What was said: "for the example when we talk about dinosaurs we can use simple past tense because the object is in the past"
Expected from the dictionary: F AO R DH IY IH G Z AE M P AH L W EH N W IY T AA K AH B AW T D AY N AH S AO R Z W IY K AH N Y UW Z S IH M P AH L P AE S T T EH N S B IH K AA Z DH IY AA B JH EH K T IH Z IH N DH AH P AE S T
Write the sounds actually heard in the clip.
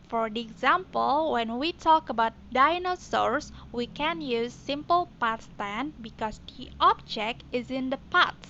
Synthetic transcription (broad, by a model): F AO R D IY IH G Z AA M P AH L W EH N W IY T AA K AH B AW T D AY N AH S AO R S W IY K AH N Y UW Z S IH M P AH L P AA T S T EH N B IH K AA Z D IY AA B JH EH K T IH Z IH N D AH P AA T